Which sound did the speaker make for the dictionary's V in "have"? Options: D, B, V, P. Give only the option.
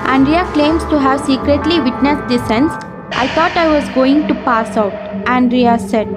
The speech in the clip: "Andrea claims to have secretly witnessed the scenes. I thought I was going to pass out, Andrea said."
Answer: V